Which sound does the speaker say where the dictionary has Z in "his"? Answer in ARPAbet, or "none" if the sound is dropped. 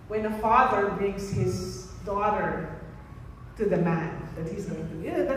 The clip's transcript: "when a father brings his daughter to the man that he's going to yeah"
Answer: Z